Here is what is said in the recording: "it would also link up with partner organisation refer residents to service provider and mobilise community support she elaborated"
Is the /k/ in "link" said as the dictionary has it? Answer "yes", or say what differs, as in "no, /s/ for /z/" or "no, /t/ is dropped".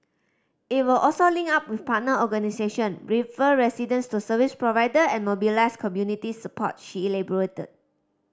no, /k/ is dropped